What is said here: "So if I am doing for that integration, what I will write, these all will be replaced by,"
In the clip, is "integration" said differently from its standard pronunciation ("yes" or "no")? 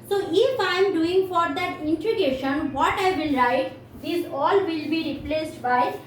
yes